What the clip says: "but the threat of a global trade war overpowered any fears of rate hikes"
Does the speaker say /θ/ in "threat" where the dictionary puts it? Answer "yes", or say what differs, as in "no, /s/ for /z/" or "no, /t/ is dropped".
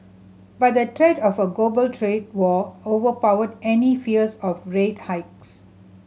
no, /t/ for /θ/